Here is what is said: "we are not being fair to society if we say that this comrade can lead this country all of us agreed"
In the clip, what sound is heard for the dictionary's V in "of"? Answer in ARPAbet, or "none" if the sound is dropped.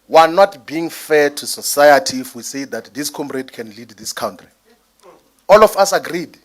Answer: F